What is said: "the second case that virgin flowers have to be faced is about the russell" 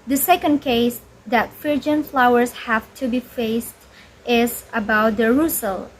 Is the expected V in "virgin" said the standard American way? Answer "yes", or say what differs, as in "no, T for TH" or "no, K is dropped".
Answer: no, F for V